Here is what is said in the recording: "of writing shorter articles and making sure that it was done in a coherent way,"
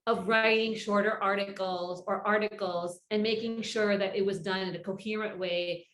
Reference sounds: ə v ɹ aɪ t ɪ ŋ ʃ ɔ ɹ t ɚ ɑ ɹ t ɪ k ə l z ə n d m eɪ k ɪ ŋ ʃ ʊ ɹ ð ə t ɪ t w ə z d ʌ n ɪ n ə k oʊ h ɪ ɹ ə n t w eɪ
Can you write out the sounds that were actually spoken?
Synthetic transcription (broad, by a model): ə v ɹ aɪ t ɪ ŋ ʃ ɔ ɹ t ɚ ɑ ɹ t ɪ k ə l z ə n m eɪ k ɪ ŋ ʃ ʊ ɹ ð ə t ɪ t w ə z d ʌ n ɪ n ə k oʊ h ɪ ɹ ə n t w eɪ